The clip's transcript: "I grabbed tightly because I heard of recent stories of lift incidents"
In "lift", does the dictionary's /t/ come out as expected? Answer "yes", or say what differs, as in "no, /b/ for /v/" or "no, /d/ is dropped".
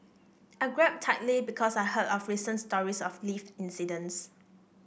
no, /t/ is dropped